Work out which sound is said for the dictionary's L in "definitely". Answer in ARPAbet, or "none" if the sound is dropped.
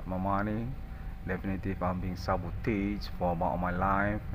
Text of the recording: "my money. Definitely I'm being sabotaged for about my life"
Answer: none